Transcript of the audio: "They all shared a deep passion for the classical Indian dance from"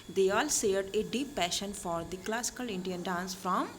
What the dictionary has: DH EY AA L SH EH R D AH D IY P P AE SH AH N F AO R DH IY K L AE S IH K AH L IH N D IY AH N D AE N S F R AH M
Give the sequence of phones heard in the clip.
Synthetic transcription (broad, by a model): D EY AA L S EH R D AH D IY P P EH SH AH N F AO R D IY K L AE S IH K AH L IH N D IY AH N D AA N S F R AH M